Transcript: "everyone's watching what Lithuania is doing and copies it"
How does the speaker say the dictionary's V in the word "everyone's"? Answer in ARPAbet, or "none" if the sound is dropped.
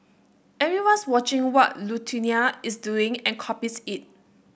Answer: none